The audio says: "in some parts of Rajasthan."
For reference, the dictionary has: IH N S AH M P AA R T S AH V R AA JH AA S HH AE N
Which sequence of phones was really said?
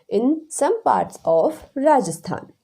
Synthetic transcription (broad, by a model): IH N S AH M P AA R T S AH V R AA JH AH S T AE N